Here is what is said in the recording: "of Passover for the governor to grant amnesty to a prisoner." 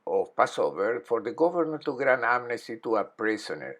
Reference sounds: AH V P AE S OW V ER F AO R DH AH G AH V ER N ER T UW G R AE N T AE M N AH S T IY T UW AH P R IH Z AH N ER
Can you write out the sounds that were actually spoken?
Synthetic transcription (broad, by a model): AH P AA S OW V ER F AO R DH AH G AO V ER N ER T UW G R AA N AA M N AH S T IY T UW AH P R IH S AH N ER